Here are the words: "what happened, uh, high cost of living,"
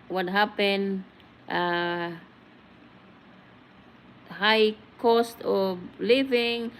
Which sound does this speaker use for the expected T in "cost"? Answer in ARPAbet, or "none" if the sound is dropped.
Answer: T